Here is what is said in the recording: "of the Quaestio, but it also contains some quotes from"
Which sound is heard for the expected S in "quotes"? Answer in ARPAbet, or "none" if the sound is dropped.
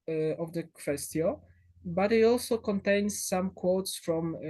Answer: S